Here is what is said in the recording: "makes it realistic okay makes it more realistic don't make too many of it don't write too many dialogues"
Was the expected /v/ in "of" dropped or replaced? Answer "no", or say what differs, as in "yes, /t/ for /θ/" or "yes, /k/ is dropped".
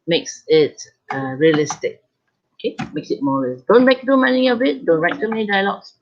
yes, /b/ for /v/